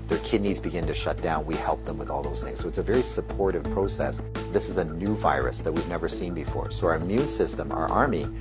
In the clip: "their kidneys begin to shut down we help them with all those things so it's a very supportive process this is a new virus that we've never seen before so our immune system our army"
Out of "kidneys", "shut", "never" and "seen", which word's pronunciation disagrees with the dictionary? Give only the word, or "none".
none